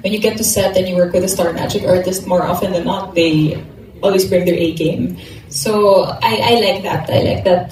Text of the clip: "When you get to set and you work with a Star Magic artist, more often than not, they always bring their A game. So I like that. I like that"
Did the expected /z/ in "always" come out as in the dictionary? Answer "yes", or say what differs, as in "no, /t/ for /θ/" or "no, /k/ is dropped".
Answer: no, /s/ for /z/